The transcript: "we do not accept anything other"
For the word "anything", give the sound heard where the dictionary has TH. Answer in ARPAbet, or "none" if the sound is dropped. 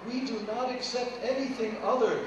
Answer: TH